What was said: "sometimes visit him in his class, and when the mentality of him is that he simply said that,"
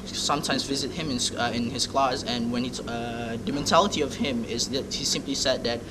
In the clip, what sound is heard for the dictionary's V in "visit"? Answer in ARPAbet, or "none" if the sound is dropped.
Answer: V